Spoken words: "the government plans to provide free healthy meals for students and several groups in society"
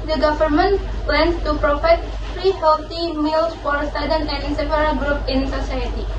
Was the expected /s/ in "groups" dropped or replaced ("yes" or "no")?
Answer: yes